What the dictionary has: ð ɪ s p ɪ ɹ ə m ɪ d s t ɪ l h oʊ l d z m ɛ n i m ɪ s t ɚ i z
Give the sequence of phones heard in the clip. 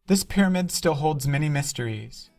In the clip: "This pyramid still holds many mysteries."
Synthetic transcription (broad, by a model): ð ɪ s p ɪ ɹ ə m ɪ d s t ɪ l h oʊ l d z m ɛ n i m ɪ s t ɚ i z